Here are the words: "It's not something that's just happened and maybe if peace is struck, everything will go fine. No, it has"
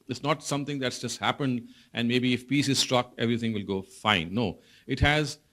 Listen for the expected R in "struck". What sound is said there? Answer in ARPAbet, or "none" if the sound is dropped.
R